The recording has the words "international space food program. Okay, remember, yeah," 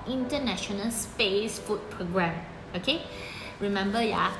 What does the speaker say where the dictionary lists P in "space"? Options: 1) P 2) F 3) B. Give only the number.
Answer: 1